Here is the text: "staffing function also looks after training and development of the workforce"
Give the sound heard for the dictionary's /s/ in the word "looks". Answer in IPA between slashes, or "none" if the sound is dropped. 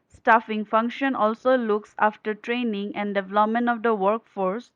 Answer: /s/